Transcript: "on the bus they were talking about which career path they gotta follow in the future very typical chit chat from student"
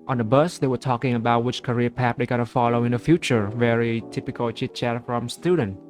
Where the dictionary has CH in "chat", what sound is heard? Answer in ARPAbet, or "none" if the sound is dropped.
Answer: CH